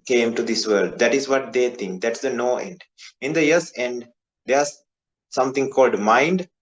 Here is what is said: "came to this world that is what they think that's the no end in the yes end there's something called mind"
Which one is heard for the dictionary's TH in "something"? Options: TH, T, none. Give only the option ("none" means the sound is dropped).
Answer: T